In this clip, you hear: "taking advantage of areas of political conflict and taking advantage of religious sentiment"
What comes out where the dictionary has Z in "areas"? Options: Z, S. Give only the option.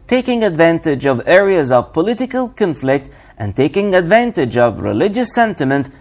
Z